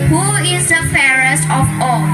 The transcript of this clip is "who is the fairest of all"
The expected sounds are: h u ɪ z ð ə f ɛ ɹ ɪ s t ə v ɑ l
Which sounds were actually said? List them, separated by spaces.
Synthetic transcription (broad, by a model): h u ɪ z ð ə f ɛ ɹ ɪ s t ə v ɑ